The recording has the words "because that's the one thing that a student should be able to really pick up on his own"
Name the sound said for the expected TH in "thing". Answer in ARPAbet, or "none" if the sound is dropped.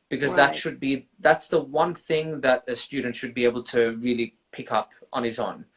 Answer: TH